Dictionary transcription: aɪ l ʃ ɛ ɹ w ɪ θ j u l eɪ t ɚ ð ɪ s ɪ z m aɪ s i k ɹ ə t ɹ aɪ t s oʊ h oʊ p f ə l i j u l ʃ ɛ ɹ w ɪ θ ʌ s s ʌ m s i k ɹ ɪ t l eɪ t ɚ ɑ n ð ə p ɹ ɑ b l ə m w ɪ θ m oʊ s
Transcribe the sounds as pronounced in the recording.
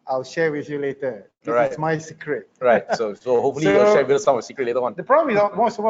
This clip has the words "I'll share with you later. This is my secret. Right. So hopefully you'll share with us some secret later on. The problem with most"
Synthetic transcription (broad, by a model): aɪ l ʃ ɛ ɹ w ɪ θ j u l eɪ t ɚ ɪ ɪ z m aɪ s i k ɹ ə t ɹ aɪ t s oʊ h oʊ p f ə l i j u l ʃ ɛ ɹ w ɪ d ʌ s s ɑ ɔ s i k ɹ ɪ t l eɪ t ɚ ɑ n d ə p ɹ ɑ b l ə m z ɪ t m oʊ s